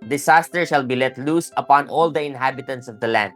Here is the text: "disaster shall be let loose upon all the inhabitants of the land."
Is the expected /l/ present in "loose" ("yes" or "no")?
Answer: yes